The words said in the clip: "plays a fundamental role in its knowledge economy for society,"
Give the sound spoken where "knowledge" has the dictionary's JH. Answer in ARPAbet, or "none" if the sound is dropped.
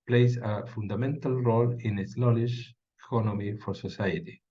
SH